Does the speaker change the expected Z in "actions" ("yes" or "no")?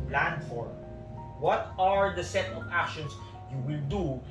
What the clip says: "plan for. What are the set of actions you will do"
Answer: yes